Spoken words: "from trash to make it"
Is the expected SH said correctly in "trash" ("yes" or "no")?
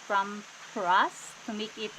no